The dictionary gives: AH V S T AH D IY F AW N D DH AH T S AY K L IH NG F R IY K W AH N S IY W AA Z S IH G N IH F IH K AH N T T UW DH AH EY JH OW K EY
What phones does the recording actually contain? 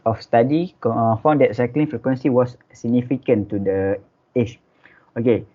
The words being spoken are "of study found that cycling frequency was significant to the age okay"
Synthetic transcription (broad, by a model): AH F S T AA D IY F AW N D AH T S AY K L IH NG F R IY K W AH N S IY W AA S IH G N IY F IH K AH N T T UW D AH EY CH OW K EY